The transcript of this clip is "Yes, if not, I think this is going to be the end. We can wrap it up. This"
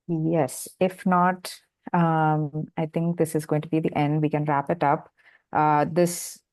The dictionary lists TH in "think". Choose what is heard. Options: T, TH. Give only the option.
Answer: T